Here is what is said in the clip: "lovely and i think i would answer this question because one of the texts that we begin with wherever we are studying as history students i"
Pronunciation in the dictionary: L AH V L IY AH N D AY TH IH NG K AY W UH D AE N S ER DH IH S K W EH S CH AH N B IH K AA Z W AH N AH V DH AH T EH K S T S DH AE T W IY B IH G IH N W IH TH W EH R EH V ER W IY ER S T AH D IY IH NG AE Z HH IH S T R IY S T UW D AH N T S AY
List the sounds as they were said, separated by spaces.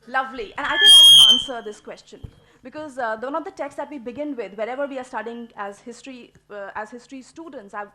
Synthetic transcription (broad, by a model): L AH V L IY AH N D AY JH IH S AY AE N S ER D IH S K W EH S CH AH N B IH K AA Z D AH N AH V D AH T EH K S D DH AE T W IY B IH G IH N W IH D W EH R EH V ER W IY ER S T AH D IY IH NG AE Z HH IH S T R IY S T UW D AH N T S AY